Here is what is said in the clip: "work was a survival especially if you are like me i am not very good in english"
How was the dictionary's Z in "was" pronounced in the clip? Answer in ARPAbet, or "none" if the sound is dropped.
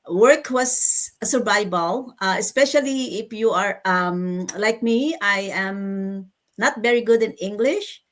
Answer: S